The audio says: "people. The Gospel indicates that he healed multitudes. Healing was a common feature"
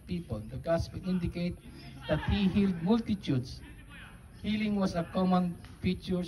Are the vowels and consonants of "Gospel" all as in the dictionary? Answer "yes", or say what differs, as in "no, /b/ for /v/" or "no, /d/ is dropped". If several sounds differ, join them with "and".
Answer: no, /n/ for /l/